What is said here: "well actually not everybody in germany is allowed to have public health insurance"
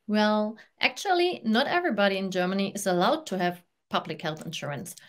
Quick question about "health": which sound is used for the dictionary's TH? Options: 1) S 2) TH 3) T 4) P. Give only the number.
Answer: 2